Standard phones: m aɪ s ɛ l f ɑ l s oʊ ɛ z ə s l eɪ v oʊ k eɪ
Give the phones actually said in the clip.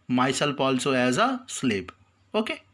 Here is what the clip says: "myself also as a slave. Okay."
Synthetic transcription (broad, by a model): m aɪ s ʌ l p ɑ l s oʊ ɛ z ə s l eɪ p oʊ k eɪ